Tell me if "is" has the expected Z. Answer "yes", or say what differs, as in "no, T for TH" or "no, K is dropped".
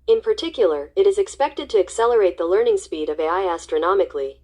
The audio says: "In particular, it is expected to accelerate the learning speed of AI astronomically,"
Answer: yes